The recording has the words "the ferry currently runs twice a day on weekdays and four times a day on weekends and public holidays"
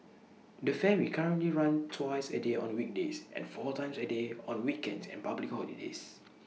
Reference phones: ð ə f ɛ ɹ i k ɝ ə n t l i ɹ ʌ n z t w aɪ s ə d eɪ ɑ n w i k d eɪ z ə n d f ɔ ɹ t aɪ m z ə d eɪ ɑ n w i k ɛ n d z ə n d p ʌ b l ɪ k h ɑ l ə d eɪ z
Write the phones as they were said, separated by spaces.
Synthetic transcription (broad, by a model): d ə f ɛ w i k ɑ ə n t l i ɹ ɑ n t w aɪ s ə d eɪ ɑ n w i k d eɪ s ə n f ɔ t aɪ m s ə d eɪ ɑ n w i k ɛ n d s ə n p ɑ b l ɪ k h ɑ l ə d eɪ s